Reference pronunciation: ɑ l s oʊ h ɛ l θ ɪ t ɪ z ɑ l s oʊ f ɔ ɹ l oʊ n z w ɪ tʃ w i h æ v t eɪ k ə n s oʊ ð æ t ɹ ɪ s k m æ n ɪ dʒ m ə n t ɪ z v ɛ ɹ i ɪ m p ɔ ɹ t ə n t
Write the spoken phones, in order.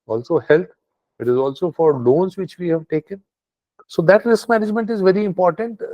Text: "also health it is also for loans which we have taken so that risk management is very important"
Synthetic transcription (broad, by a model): ɑ l s oʊ h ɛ l t ɪ t ɪ z ɑ l s oʊ f ɔ ɹ l oʊ n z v ɪ tʃ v i h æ v t eɪ k ə n s oʊ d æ t ɹ ɪ s k m æ n ɪ dʒ m ə n t ɪ z v ɛ ɹ i ɪ m p ɔ ɹ t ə n t